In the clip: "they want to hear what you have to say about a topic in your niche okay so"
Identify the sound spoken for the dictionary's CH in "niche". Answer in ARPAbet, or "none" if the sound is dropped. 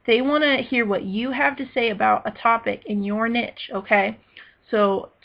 CH